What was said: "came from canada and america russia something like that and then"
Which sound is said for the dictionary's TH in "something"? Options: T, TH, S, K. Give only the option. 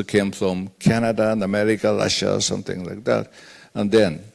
TH